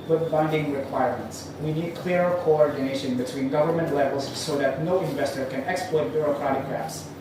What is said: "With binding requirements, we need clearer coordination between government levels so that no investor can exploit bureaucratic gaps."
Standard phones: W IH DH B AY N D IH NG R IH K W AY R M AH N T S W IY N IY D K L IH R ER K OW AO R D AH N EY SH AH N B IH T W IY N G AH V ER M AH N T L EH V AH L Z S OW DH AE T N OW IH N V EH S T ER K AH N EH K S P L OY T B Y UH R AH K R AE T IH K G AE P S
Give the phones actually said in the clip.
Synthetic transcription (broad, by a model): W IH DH B AY N D IH NG R IH K W AY R M AH N T S W IY N IY D K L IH R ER K OW AO R D AH N EY SH AH N B IH T W IY N G AH V ER M AH N T L EH V AH L Z S OW DH AE T N OW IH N V EH S T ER K AH N EH K S P L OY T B Y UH R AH K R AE T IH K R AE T S